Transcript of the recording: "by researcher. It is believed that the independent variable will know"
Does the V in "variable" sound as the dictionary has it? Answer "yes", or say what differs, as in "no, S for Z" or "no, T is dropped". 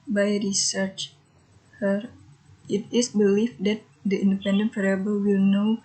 no, F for V